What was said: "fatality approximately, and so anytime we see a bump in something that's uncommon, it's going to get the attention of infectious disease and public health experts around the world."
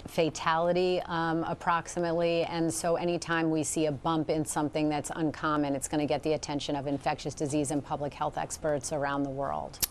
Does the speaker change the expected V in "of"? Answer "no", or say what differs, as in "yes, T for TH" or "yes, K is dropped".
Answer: no